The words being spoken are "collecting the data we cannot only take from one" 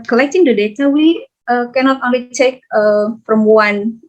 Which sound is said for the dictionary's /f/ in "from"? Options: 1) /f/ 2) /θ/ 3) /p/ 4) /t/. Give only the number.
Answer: 3